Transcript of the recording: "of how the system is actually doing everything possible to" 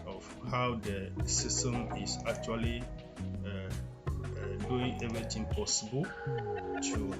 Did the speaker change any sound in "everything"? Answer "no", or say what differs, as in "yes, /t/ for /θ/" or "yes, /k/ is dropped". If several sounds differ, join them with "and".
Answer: yes, /t/ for /θ/